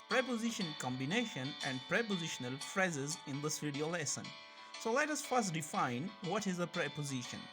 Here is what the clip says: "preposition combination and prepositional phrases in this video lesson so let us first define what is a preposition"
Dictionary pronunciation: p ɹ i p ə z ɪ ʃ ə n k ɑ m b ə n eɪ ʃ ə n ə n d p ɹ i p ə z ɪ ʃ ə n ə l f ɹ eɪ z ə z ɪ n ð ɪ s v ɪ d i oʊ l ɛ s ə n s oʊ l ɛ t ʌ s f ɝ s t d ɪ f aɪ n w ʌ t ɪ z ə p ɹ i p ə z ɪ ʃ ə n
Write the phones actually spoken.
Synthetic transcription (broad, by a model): p ɹ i p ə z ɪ ʃ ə n k ɑ m b ə n eɪ ʃ ə n ə n d p ɹ i p ə z ɪ ʃ ə n ə l f ɹ eɪ z ə z ɪ n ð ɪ s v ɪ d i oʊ l ɛ s ə n s oʊ l ɛ t ʌ s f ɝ s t d ɪ f aɪ n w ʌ t ɪ z ə p ɹ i p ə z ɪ ʃ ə n